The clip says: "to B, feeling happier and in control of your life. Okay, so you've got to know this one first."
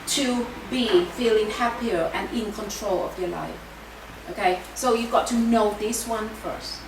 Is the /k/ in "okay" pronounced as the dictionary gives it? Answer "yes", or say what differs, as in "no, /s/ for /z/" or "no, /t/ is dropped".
yes